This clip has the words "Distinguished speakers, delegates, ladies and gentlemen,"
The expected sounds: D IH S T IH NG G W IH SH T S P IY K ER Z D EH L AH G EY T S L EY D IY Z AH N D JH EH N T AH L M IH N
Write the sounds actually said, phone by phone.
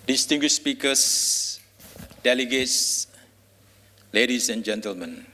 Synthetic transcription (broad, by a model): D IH S T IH NG G W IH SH S P IY K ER S D EH L AH G EY T S L EY D IY S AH N JH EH N T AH L M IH N